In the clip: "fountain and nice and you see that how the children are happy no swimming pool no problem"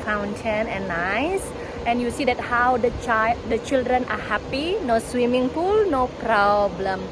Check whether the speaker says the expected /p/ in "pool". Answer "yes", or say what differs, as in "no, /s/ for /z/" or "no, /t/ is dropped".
no, /f/ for /p/